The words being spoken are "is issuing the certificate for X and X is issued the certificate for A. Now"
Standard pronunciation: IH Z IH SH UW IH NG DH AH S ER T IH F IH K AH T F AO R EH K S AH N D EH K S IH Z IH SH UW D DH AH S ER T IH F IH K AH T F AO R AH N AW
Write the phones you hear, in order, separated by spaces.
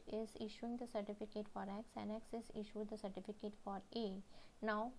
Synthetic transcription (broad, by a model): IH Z IH SH UW IH NG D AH S ER T IH F IH K AH T F AO R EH K S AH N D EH K S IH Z IH SH UW D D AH S ER T IH F IH K AH T F AO R AH N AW